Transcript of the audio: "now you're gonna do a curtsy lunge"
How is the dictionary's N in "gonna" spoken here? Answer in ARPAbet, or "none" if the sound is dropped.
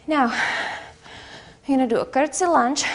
none